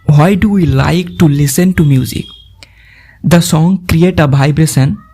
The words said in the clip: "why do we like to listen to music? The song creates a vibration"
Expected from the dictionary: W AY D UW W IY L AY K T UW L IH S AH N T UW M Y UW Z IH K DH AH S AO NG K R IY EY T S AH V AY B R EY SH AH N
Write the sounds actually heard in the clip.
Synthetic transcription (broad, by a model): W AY D UW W IY L AY K T UW L IH S AH N T UW M Y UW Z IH K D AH S AO NG K R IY EY T AH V AY B R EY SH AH N